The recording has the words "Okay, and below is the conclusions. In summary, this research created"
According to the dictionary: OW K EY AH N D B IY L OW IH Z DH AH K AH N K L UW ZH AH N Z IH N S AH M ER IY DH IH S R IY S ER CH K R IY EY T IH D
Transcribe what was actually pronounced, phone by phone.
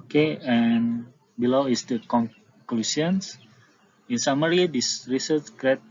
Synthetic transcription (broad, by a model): K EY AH N B IY L OW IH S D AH K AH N K L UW S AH N S IH N S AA M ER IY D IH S R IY S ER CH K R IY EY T